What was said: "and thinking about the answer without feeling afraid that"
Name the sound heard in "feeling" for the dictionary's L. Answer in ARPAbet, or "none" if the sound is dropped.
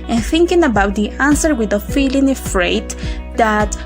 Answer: L